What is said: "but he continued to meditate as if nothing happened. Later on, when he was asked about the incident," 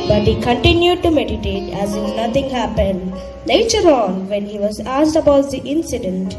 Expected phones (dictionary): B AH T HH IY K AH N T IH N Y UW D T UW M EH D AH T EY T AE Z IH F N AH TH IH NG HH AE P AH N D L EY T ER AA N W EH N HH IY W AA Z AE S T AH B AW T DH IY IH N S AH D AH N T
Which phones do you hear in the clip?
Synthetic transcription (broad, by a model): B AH T HH IY K AH N T IH N Y UW D T UW M EH D AH T EY T AE Z IH F N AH T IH NG HH AE P AH N D N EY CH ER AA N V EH N HH IY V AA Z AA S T AH B AW T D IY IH N S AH D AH N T